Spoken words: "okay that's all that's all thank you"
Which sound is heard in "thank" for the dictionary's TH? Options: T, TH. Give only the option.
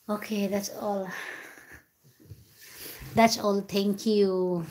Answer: T